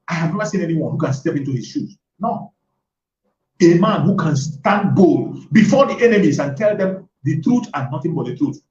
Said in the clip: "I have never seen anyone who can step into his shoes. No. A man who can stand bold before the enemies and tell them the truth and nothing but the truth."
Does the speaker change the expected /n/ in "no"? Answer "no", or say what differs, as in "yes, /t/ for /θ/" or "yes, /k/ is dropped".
no